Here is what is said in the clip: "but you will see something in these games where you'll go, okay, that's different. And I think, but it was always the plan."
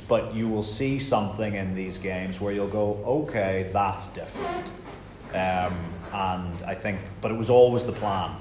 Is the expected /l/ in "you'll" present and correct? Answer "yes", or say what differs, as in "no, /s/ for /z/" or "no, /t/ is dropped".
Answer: yes